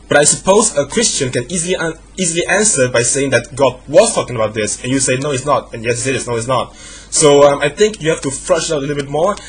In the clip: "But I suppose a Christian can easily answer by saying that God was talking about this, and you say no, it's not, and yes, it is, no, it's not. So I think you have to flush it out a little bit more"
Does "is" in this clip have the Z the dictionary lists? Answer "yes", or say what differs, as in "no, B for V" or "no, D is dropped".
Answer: no, S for Z